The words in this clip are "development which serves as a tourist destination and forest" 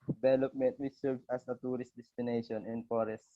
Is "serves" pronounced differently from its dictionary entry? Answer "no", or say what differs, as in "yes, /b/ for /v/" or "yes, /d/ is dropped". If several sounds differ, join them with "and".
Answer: yes, /s/ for /z/